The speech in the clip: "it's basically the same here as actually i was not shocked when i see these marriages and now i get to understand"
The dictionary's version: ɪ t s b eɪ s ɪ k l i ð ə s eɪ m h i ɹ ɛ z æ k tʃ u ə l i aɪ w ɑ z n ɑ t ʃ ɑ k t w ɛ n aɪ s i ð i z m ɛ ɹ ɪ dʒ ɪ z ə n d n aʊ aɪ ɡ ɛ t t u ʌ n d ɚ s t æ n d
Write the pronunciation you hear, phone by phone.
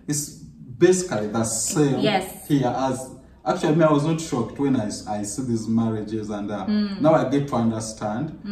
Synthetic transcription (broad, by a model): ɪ t s b eɪ s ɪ k l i ð ə s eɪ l h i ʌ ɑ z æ k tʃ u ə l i aɪ w ɑ z n ɑ t ʃ ɑ k t w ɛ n aɪ s i ð i z m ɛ ɹ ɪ dʒ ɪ z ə n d n aʊ aɪ ɡ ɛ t t u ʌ n d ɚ s t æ n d